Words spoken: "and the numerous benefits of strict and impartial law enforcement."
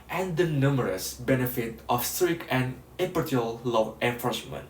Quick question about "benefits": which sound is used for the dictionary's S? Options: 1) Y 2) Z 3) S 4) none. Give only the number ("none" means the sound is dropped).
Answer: 4